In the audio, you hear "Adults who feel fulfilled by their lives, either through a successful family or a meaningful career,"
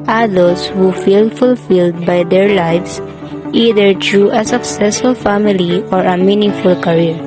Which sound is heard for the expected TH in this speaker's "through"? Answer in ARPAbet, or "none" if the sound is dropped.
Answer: T